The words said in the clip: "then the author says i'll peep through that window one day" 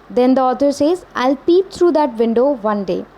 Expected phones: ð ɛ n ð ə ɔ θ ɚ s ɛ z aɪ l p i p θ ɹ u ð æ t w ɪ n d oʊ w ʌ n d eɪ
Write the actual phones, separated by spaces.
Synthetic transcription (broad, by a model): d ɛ n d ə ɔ t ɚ s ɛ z aɪ l p i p t ɹ u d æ t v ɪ n d oʊ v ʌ n d eɪ